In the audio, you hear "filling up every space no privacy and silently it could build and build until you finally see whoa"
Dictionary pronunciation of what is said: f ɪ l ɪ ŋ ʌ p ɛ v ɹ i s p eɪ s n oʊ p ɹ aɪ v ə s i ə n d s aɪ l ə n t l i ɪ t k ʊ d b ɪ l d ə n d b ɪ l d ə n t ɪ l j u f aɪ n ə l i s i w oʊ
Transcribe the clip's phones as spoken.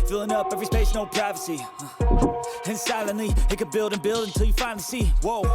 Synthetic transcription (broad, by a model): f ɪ l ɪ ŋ ʌ p ɛ v ɹ i s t eɪ ʃ n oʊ p ɹ aɪ v ə s i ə n s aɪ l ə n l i ɪ t k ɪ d b ɪ l d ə n b ɪ l d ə n t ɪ l j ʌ f aɪ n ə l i s i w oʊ